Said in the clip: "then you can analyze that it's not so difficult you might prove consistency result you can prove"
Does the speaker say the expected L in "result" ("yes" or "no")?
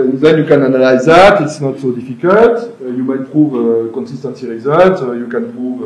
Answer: no